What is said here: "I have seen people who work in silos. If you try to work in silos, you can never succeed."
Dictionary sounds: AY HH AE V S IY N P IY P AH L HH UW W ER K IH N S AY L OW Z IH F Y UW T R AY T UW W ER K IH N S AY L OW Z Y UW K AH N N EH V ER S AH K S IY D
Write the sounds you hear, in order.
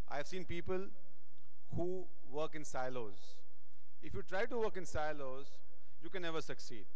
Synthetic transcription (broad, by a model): AY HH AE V S IY N P IY P AH L HH UW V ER K IH N S AY L OW Z IH F Y UW T R AY T UW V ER K IH N S AY L OW Z Y UW K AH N N EH V ER S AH K S IY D